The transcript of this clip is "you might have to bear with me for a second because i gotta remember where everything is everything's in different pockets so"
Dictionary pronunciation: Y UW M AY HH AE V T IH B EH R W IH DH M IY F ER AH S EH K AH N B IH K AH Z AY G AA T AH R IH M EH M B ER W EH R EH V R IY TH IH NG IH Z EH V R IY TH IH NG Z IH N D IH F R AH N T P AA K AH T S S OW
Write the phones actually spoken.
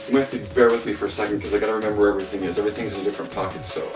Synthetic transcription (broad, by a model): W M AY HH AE F T IH B EH R W IH DH M IY F ER AH S EH K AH N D K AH Z AY G AA T AH R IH M EH M B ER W R EH V R IY TH IH NG IH Z EH V R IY TH IH NG Z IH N D IH F R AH N P AA K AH T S S OW